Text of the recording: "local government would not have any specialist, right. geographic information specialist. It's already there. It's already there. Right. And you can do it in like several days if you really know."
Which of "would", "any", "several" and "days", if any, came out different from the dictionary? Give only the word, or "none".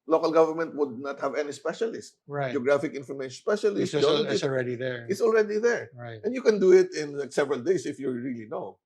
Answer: days